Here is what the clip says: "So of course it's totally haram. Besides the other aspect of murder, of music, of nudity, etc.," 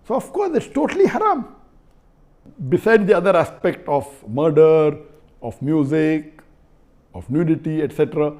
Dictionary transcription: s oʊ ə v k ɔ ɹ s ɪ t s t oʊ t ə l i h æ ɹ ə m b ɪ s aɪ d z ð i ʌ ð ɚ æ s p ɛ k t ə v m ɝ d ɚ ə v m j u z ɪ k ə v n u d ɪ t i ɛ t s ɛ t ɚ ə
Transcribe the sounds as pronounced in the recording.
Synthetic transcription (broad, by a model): s oʊ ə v k ɔ ɹ s ɪ t s t oʊ t ə l i h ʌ ɹ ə m b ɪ s aɪ d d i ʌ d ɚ æ s p ɛ k t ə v m ɝ d ɚ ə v m j u z ɪ k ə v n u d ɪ t i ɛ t s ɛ t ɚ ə